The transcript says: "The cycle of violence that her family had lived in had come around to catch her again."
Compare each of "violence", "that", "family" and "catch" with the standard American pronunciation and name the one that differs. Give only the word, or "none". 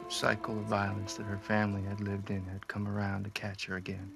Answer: none